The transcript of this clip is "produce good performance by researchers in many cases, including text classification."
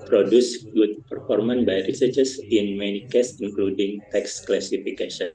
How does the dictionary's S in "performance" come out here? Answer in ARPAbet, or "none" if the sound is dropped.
none